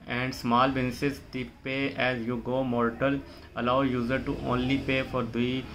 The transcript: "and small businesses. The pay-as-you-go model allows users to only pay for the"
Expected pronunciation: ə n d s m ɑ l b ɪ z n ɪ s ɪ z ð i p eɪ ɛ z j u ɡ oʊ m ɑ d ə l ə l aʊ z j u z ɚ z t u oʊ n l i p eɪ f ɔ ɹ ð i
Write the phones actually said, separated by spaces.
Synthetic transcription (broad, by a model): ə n d s m ɑ l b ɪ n s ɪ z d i p eɪ ɛ z j u ɡ oʊ m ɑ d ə l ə l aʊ j u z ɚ t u oʊ n l i p eɪ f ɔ ɹ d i